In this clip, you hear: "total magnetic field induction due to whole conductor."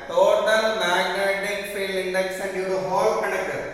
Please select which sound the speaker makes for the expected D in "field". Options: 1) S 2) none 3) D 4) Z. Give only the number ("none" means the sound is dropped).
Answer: 2